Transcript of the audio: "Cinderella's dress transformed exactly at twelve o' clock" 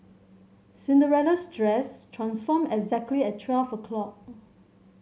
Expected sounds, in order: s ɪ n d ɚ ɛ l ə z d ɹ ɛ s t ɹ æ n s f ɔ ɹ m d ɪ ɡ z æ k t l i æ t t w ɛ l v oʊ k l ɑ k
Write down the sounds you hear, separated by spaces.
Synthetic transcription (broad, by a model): s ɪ n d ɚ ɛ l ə s d ɹ ɛ s t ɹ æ n s f ɔ m ɪ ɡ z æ k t l i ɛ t t w ɛ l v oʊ k l ɑ k